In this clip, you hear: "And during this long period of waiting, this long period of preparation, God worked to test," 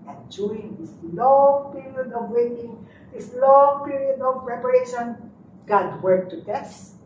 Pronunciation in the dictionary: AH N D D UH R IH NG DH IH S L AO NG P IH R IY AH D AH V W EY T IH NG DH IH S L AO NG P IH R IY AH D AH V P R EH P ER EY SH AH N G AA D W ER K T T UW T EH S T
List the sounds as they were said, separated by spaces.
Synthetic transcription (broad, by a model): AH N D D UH IH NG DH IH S L AO NG P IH R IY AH D AH V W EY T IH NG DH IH S L AO NG P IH R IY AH D AH V P R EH P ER EY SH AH N G AA D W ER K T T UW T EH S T